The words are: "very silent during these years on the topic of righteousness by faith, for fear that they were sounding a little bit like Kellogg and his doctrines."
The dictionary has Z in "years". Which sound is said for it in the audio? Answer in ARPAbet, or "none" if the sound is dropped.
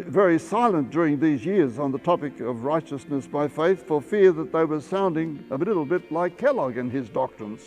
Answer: Z